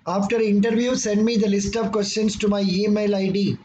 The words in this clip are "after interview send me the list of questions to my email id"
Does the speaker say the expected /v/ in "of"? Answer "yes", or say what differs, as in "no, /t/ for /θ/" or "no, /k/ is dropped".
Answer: yes